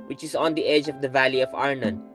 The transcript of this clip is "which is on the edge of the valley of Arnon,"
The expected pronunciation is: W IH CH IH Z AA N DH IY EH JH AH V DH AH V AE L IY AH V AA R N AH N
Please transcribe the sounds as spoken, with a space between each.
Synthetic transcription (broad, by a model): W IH CH IH Z AA N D IY EH JH AH V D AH V AE L IY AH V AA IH N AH N